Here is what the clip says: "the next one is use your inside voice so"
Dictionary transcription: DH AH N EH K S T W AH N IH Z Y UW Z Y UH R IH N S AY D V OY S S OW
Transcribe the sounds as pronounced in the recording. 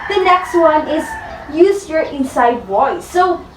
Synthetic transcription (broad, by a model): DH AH N EH K S T W AH N IH Z Y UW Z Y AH R IH N S AY D W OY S S OW